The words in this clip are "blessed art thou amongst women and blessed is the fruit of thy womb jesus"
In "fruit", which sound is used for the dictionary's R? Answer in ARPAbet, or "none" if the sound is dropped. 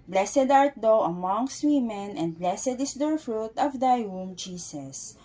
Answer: R